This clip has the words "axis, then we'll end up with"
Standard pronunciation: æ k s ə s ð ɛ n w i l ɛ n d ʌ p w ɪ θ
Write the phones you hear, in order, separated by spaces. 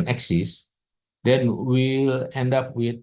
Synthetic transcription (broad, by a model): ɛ k s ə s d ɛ n w i l ɛ n d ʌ p w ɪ